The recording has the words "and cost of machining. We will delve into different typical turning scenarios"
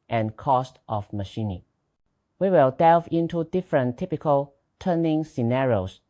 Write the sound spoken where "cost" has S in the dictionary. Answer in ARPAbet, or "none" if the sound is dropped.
S